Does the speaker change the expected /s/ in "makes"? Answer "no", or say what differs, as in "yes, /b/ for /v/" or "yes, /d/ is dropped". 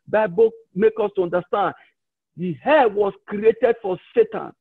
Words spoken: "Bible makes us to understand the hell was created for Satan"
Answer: yes, /s/ is dropped